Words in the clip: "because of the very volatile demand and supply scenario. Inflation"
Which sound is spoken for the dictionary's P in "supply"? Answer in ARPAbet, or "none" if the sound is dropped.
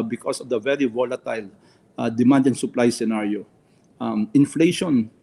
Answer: P